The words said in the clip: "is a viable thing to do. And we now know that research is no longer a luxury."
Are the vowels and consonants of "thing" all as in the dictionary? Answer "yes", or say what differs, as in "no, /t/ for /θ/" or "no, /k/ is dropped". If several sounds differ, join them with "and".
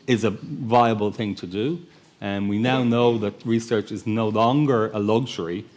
yes